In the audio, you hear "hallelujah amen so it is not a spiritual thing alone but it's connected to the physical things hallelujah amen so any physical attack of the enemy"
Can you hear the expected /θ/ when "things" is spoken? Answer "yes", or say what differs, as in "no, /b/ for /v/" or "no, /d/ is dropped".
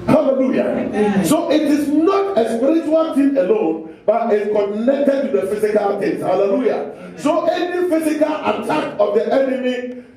no, /t/ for /θ/